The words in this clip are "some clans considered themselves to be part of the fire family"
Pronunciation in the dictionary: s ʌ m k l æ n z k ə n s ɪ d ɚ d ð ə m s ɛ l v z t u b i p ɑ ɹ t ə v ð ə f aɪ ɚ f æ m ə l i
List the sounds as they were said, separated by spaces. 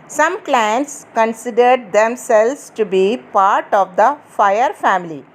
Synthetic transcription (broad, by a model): s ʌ m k l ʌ n s k ə n s ɪ d ɚ d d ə m s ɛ l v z t u b i p ɑ ɹ t ə v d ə f aɪ ɚ f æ m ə l i